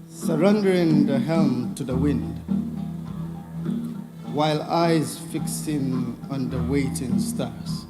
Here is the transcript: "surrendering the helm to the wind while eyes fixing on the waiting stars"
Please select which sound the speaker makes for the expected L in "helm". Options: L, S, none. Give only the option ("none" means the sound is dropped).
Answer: L